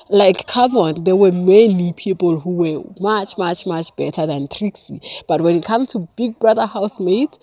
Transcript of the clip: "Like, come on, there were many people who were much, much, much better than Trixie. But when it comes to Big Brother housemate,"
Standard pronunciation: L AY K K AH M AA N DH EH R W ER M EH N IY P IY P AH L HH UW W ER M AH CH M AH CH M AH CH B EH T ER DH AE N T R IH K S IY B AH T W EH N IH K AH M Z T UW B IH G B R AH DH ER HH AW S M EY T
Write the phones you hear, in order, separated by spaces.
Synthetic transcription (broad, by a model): L AY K K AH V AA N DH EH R W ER M EH N IY P IY P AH L HH UW W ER M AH CH M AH CH M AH CH B EH T ER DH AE N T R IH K S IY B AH T W EH N IH K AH M T UW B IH G B R AH DH ER HH AW S M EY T